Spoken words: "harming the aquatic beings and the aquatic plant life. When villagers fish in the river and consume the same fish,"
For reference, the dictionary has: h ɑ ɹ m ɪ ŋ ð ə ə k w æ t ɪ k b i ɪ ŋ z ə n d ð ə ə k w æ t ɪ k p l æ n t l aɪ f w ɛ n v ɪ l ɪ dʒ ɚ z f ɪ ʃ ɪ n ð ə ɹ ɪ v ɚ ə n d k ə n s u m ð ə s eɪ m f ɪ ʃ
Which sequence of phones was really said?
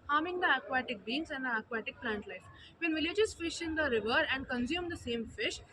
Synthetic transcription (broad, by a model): h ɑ ɹ m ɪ ŋ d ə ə k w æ t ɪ k b i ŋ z ə n d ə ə k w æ t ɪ k p l æ n t l aɪ f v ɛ n v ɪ l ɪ dʒ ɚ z f ɪ ʃ ɪ n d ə ɹ ɪ v ɚ ə n d k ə n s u m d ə s eɪ m f ɪ ʃ